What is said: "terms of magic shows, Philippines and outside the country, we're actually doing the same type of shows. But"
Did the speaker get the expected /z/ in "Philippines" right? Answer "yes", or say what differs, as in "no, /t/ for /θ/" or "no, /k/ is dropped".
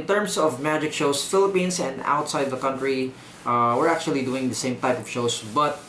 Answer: no, /s/ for /z/